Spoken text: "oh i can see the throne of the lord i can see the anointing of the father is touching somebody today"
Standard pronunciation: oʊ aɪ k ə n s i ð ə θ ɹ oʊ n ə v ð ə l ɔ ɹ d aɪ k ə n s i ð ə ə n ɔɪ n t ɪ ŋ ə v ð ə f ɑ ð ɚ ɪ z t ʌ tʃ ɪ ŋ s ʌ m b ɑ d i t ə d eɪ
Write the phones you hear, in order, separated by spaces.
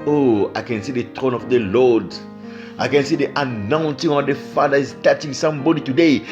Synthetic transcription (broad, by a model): oʊ aɪ k ə n s i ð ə t ɹ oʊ n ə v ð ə l ɔ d aɪ k ə n s i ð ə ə n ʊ n s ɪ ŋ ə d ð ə f ɑ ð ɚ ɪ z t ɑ tʃ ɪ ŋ s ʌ m b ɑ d i t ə d eɪ